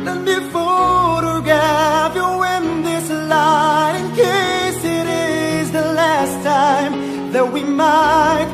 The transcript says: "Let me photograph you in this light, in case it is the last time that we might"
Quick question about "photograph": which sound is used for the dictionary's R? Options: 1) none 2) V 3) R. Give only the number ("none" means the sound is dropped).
1